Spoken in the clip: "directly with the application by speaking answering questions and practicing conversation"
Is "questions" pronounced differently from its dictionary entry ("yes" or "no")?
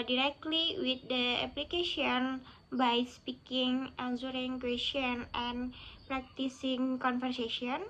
yes